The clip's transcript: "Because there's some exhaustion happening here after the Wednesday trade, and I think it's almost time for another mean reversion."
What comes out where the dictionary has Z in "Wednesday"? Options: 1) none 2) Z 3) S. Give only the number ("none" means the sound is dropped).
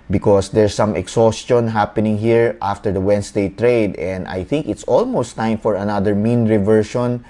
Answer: 3